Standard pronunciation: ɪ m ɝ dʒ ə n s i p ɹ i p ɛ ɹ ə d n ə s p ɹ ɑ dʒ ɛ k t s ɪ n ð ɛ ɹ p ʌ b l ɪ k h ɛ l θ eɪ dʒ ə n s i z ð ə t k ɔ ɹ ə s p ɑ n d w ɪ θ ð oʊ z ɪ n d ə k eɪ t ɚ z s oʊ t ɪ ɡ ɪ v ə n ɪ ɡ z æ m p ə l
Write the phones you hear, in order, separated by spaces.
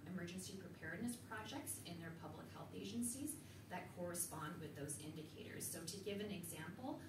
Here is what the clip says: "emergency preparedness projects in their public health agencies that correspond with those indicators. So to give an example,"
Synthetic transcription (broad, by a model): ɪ m ɝ dʒ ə n s i p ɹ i p ɛ ɹ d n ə s p ɹ ɑ dʒ ɛ k t s ɪ n ð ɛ ɹ p ʌ b l ɪ k h ɛ l θ eɪ dʒ ə n s i z ð ə t k ɔ ɹ ə s p ɑ n d w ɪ ð oʊ z ɪ n d ə k eɪ t ɚ z s oʊ t ɪ ɡ ɪ v ə n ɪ ɡ z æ m p l